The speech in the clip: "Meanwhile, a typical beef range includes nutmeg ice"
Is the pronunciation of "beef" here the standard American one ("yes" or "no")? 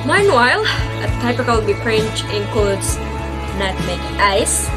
no